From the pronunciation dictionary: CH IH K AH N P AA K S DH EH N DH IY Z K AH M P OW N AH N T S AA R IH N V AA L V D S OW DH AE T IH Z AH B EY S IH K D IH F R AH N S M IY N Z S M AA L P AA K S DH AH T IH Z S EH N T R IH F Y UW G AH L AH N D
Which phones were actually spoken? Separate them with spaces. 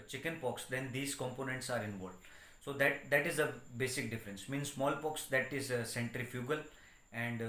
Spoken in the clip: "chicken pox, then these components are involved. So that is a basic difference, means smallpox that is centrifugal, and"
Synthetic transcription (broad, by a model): CH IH K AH N P AA K S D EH N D IY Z K AH M P OW N AH N T S AA R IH N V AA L D S OW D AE T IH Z AH B EY S IH K D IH F R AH N S M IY N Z S M AA L P AA K S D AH T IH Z S EH N T R IH F Y UW G AH L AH N D